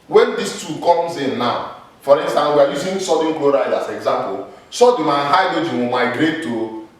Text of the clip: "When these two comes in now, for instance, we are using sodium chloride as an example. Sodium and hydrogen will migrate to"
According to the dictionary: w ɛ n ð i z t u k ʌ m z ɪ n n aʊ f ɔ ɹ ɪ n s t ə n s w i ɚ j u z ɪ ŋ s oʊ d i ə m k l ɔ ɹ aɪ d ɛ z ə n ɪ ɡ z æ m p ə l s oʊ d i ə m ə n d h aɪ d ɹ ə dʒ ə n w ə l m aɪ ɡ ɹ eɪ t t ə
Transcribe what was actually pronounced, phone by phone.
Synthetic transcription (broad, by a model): w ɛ n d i s t u k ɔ m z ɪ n n aʊ f ɔ ɹ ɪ n s t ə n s w i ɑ j u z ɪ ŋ s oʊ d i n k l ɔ ɹ aɪ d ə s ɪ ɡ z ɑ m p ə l s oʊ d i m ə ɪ h aɪ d ə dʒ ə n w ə m aɪ ɡ ɹ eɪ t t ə